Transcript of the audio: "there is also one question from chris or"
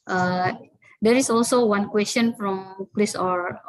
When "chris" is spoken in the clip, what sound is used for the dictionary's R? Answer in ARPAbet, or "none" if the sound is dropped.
L